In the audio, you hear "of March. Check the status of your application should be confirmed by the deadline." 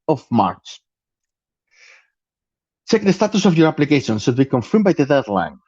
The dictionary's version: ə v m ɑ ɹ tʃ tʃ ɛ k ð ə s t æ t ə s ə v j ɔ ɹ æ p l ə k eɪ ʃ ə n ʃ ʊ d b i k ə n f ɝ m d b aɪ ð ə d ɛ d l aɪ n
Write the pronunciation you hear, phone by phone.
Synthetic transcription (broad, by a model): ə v m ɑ ɹ s tʃ ɛ k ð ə s t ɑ t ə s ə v j ɔ ɹ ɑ p l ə k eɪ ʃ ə n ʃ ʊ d b i k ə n f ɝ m b aɪ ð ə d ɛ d l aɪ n